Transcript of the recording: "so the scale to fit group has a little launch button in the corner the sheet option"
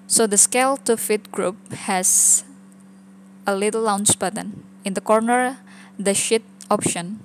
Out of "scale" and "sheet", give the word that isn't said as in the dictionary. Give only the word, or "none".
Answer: none